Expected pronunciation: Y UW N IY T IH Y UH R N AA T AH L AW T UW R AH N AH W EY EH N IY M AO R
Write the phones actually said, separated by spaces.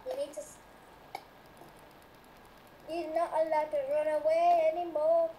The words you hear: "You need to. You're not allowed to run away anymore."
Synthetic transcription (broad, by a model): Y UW N IY T IH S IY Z N AA T AH L AW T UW R AH N AH W EY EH N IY M AO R